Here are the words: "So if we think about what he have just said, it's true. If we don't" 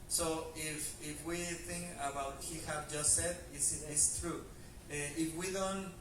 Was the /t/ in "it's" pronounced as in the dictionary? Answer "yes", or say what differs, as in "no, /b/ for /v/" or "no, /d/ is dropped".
no, /s/ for /t/